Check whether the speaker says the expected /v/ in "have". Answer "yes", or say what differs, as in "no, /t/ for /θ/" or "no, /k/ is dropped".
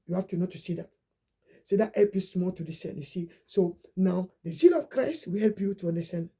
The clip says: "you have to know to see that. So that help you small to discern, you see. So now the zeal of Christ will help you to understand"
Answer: no, /f/ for /v/